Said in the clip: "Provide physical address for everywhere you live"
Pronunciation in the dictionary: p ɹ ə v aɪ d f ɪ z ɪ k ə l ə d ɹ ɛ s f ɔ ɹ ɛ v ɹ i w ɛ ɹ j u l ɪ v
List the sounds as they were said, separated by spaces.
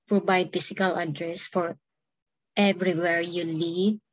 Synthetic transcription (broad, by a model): p ɹ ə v aɪ d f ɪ s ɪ k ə l ə d ɹ ɛ s f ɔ ɹ ɛ v ɹ i w ɛ ɹ j u l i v